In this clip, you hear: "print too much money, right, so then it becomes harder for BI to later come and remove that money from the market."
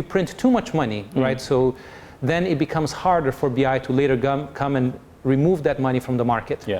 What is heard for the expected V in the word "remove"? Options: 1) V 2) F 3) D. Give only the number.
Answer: 1